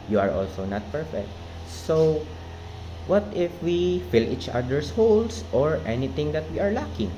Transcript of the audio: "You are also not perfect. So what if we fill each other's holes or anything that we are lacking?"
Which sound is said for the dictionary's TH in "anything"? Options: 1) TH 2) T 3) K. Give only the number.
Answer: 2